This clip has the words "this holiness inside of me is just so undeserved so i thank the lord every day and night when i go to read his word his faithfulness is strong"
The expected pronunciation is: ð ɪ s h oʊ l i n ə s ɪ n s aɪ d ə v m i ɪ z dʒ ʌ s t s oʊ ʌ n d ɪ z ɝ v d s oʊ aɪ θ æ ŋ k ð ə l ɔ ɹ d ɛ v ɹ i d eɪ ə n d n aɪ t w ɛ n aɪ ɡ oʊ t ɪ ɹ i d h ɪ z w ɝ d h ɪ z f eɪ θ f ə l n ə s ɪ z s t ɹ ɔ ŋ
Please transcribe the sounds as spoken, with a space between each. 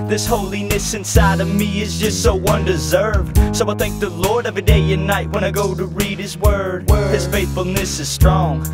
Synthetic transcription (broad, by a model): ð ɪ s h oʊ l i n ə s ɪ n s aɪ d ə v m i ɪ z dʒ ʌ s t s oʊ ʌ n d ɪ z ɝ v d s oʊ aɪ θ æ ŋ k ð ə l ɔ ɹ d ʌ v i d eɪ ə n n aɪ t w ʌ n aɪ ɡ oʊ t ɪ ɹ i d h ɪ z w ɝ d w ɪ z f eɪ θ f l n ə s ɪ z s t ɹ ɔ ŋ